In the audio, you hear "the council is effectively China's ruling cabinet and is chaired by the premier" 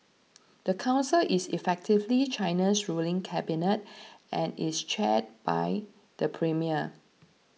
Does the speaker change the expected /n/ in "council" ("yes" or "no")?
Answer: no